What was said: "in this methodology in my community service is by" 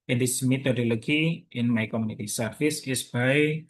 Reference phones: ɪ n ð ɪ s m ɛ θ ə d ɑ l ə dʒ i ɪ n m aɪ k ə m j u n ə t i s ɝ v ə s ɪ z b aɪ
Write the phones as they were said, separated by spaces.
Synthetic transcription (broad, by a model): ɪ n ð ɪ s m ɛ t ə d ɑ l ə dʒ i ɪ n m aɪ k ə m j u n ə t i s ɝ f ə s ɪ s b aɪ